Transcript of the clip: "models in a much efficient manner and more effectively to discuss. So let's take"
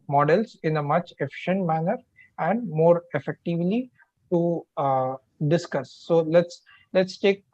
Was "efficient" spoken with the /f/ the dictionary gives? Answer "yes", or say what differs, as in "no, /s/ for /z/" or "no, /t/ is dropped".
yes